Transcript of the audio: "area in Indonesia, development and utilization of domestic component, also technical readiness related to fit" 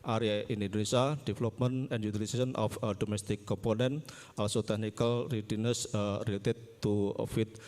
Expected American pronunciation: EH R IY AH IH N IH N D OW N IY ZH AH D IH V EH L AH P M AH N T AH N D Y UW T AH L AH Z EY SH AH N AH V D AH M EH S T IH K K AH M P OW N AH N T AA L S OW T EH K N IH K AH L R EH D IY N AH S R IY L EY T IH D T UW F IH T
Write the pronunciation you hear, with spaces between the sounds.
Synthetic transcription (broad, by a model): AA R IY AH IH N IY N D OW N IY S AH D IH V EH L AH P M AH N AH N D Y UW T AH L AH S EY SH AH N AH F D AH M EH S T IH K K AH M P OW N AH N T AA L S OW T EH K N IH K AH L R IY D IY N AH S R IY L EY T IH D T UW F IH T